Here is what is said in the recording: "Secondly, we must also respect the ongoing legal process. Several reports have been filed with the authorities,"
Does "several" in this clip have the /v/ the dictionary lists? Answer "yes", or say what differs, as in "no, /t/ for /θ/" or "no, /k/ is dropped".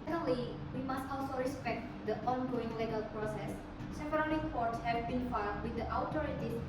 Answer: no, /p/ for /v/